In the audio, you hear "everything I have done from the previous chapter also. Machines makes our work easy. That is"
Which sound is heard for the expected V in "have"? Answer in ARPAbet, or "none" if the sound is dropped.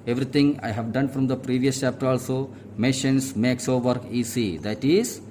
V